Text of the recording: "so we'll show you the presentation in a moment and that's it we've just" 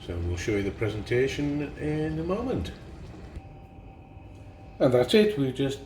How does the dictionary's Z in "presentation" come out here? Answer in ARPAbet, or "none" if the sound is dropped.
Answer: Z